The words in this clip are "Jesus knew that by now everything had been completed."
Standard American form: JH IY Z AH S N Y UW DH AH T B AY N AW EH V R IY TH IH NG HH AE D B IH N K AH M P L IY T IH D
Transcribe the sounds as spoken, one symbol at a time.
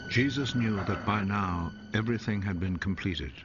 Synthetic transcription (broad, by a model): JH IY Z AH S N Y UW DH AH T B AY N AW EH V R IY TH IH NG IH D B IH N K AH M P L IY T IH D